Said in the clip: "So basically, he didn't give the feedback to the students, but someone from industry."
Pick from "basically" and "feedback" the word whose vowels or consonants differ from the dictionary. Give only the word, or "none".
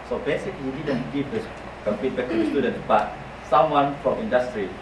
feedback